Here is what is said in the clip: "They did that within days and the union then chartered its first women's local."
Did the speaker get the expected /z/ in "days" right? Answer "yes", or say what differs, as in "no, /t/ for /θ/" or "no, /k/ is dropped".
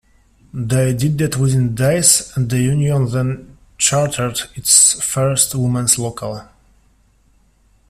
no, /s/ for /z/